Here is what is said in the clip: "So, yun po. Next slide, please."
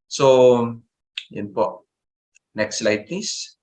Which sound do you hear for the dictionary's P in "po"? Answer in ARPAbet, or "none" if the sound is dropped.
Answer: P